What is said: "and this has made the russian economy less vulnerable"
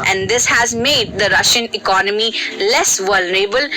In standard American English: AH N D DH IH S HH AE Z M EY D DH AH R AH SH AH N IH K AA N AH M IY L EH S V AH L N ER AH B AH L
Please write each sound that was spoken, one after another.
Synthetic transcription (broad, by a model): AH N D IH S HH AE Z M EY D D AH R AH SH AH N IH K AA N AH M IY L EH S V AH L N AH B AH L